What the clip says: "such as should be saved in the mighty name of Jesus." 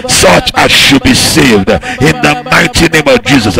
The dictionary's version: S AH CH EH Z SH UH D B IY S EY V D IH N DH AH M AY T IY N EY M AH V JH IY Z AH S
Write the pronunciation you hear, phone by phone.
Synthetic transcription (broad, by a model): S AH CH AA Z SH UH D B IY S EY V D IH N DH AH M AY T IY N EY M AH V JH IY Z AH S